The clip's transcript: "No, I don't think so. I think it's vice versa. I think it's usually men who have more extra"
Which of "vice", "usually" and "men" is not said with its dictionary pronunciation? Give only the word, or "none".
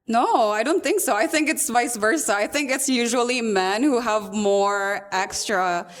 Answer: none